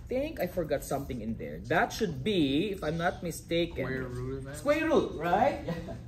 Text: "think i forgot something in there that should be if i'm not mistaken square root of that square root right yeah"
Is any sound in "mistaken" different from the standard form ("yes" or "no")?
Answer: yes